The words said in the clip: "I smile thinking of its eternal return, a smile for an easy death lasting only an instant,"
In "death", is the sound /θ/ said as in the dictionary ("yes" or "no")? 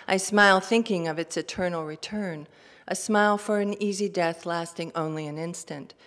yes